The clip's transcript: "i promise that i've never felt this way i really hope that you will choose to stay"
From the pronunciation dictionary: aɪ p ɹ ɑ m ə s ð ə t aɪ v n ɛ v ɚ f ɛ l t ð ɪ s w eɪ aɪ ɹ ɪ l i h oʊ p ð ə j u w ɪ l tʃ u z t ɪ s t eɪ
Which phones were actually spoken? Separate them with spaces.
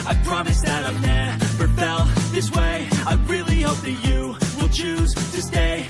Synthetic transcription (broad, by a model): aɪ p ɹ ɑ m ə s ð ə t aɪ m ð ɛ f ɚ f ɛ l ð ɪ s w eɪ aɪ ɹ ɪ l i h oʊ p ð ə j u w ɪ l tʃ u z t ɪ s t eɪ